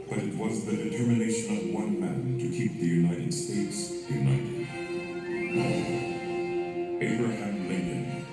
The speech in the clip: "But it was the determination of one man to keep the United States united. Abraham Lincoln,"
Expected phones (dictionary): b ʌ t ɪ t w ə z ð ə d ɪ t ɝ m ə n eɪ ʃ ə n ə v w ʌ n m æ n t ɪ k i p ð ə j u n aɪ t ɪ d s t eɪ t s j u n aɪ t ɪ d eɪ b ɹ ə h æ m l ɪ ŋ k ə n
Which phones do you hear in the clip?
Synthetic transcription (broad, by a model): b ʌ t ɪ t w ə z ð ə d ɪ t ɝ m ə n eɪ ʃ ə n ə v w ʌ n m æ n t ɪ k i p ð ə j u n aɪ t ɪ d s t eɪ t s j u n aɪ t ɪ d eɪ b ɹ ə h æ m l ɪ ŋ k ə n